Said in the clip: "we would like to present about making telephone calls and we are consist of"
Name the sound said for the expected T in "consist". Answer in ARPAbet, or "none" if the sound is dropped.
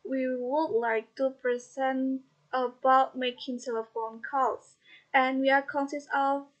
none